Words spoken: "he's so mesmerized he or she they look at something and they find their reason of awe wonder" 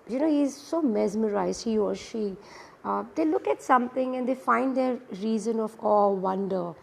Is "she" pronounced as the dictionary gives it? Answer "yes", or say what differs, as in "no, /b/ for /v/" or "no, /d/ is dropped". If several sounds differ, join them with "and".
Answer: yes